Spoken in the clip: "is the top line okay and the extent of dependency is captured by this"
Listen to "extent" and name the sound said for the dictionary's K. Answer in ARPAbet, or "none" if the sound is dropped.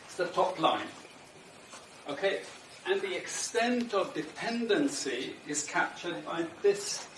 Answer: K